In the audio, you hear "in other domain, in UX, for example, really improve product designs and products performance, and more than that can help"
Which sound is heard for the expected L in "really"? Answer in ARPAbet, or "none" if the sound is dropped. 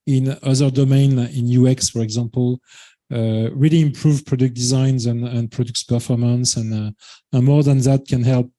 L